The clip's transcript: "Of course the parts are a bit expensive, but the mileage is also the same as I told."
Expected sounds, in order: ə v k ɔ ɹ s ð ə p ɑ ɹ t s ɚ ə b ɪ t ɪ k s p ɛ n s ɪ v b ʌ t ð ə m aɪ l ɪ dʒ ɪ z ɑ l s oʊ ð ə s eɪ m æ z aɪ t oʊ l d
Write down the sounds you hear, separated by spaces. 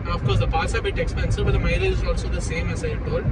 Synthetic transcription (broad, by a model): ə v k ɔ ɹ s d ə p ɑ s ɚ ə b ɪ t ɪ k s p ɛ n s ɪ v b ʌ t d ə m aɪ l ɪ ɪ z ɑ l s oʊ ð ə s eɪ m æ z aɪ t oʊ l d